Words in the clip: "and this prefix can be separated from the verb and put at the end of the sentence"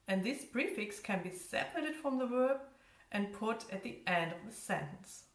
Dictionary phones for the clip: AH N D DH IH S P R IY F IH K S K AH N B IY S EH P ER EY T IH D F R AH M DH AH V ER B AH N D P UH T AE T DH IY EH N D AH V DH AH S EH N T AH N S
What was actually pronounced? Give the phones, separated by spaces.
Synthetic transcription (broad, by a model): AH N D DH IH S B R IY F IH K S K AH N B IY S EH P ER EY T IH D F R AH M DH AH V ER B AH N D P UH T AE T DH IY EH N D AH V DH AH S EH N T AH N S